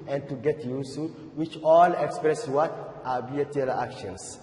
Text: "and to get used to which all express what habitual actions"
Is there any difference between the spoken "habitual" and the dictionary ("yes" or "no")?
yes